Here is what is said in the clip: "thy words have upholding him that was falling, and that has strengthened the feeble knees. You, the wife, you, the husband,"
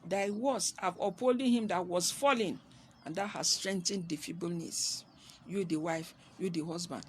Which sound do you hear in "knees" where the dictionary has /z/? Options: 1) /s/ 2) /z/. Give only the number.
1